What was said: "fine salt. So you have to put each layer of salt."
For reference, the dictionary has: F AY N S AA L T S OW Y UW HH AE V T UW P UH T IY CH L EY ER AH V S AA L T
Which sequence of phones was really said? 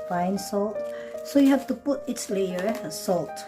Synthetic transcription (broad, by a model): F AY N S AA L T S OW Y UW HH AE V T UW P UH T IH S L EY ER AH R S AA L T